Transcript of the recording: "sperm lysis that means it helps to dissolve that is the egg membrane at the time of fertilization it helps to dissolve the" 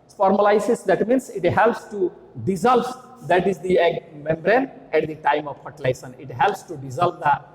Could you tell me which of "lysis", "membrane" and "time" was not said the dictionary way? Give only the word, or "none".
none